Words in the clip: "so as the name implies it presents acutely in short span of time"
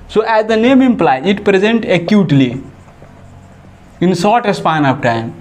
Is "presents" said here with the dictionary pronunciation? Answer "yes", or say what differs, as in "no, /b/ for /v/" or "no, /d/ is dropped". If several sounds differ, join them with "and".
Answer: no, /s/ is dropped